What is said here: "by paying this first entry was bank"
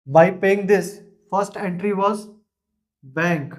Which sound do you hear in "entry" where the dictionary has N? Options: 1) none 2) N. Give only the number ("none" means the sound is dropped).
2